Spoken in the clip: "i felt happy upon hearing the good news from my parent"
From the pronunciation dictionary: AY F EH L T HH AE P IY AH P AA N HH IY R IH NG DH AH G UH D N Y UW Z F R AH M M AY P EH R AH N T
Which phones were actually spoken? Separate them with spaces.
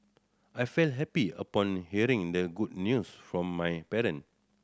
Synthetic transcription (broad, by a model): AY F EH L T HH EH P IY AH P AA N HH IY R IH NG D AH G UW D N Y UW S F R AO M M AY P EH R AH N